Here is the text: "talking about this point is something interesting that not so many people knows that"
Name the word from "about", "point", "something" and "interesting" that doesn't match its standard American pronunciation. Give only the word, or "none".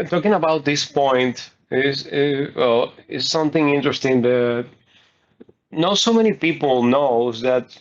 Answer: none